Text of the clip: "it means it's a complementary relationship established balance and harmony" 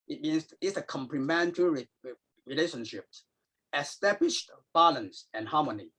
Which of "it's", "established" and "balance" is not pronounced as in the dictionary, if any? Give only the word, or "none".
none